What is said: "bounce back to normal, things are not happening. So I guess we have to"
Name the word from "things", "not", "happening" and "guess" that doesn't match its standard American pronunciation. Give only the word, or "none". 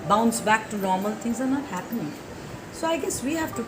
things